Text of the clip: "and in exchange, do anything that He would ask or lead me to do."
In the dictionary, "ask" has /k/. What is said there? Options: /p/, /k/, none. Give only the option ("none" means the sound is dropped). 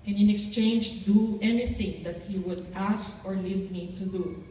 /k/